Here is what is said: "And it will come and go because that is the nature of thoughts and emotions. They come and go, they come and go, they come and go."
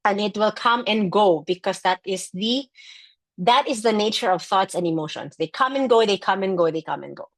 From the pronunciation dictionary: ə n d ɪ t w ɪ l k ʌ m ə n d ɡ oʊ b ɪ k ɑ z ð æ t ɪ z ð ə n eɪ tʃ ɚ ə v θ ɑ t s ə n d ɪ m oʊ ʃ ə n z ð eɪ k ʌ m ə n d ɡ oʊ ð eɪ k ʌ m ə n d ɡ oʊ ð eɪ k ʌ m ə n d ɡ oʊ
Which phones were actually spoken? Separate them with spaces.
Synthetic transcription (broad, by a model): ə n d ɪ t w ɪ l k ʌ m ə n ɡ oʊ b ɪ k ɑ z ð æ t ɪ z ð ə n eɪ tʃ ɚ ə v θ ɑ t s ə n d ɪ m oʊ ʃ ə n s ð eɪ k ʌ m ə n ɡ oʊ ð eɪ k ʌ m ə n ɡ oʊ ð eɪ k ʌ m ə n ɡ oʊ